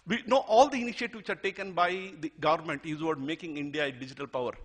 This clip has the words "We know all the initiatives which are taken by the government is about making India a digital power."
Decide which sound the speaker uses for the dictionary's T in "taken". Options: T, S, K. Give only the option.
T